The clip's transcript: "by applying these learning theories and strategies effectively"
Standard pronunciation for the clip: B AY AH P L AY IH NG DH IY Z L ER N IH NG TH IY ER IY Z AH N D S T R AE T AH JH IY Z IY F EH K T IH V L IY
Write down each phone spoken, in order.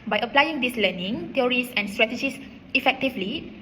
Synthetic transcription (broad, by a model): B AY AH P L AY IH NG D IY S L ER N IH NG T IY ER IY S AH N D S T R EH T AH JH IY S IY F EH K T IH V L IY